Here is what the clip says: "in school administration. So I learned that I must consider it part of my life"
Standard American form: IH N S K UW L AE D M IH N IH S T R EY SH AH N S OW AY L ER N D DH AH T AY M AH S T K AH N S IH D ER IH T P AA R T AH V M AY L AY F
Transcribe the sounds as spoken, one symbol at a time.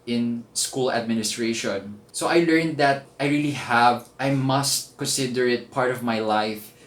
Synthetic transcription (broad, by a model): IH N S K UW L AE D M IH N IH S T R EY SH AH N S OW AY L ER N D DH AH T AY M AH S T K AH N S IH D ER IH T P AA R T AH V M AY L AY F